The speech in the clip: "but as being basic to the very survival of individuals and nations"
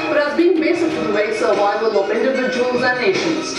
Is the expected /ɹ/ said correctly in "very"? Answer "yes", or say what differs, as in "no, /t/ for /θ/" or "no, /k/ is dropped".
no, /ɹ/ is dropped